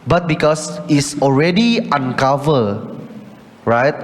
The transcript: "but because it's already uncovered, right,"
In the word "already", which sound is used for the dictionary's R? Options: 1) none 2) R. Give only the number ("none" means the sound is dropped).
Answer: 2